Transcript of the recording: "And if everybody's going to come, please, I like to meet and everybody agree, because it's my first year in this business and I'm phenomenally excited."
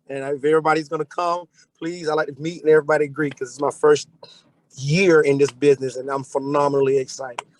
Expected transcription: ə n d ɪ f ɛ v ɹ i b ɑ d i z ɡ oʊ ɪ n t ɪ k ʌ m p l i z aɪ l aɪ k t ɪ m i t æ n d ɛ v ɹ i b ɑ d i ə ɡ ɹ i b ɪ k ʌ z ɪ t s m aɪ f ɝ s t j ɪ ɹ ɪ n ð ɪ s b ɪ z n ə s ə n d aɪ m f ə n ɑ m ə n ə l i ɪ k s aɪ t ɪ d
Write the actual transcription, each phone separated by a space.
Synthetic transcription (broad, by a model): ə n ɪ f ɛ v ɹ i b ɑ d i z ɡ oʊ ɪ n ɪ k ʌ m p l i z aɪ l aɪ k t ɪ m i t n ɛ v ɹ i b ɑ d i ə ɡ ɹ i k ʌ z ɪ t s m aɪ f ɝ s t j ɪ ɹ ɪ n ð ɪ s b ɪ z n ə s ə n aɪ m f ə n ɑ m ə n l i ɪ k s aɪ t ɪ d